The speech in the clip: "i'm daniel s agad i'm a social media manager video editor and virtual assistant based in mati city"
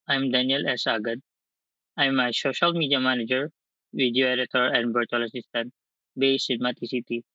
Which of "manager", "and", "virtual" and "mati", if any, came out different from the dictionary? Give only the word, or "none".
virtual